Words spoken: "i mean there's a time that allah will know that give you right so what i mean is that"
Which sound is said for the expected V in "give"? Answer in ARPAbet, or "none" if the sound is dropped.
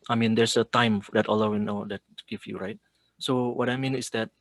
F